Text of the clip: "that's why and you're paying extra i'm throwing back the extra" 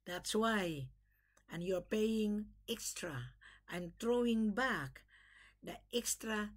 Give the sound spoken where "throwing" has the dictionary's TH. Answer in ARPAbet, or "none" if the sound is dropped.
T